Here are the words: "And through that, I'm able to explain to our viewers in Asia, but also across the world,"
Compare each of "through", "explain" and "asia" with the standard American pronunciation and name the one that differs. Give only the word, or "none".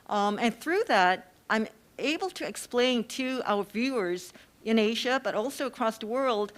none